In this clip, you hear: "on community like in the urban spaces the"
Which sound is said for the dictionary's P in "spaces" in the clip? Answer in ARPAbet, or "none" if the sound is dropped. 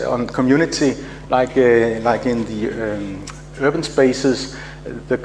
B